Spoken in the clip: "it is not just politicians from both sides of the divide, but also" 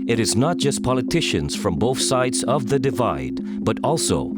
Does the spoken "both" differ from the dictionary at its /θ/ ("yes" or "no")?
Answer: no